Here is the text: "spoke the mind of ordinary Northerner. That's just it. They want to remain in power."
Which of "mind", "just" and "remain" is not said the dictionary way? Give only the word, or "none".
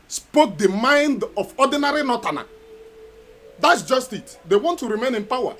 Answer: none